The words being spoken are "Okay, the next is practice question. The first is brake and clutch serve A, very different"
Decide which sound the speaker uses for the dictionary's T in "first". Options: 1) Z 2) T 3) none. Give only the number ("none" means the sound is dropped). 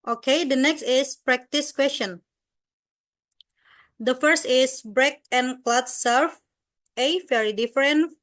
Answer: 2